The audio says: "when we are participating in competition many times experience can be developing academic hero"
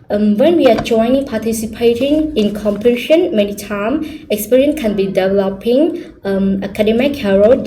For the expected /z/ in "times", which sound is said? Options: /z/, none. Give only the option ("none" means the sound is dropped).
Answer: none